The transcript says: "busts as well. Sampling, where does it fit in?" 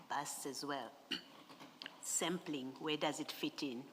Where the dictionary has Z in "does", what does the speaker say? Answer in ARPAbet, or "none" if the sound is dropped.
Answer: Z